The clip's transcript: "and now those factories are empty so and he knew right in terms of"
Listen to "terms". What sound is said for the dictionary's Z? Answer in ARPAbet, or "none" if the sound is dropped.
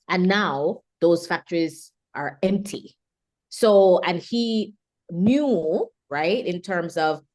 Z